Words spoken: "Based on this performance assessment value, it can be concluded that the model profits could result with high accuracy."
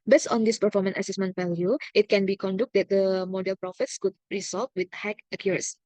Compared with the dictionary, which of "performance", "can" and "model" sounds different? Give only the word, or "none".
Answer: performance